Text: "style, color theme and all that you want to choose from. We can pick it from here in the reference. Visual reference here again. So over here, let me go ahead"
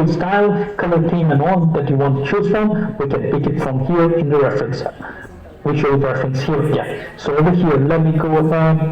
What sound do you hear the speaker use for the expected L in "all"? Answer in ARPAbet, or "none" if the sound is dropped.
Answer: N